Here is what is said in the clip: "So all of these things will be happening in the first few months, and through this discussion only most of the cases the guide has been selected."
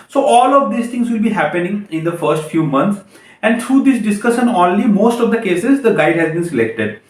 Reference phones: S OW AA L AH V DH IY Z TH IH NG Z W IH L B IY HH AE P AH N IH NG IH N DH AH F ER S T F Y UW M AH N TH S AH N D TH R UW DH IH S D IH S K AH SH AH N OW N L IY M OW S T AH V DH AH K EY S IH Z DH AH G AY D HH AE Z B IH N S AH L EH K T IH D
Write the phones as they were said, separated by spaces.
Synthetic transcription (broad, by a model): S OW AA L AH V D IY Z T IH NG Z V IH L B IY HH AE P AH N IH NG IH N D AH F ER S T F Y UW M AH N T S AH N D T R UW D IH S D IH S K AH SH AH N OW N L IY M OW S T AH V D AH K EY S IH Z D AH G AY D HH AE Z B IH N S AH L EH K T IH D